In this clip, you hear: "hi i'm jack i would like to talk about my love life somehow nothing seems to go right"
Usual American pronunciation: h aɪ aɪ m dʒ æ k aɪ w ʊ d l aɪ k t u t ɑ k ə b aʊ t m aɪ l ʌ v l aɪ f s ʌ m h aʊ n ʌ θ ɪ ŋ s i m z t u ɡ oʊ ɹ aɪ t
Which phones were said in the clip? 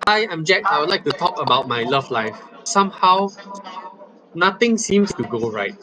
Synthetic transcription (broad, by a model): aɪ aɪ m dʒ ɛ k aɪ w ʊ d l aɪ k t u t ɑ k ə b aʊ t m aɪ l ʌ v l aɪ f s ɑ m h aʊ n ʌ t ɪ ŋ s i m s t u ɡ oʊ ɹ aɪ t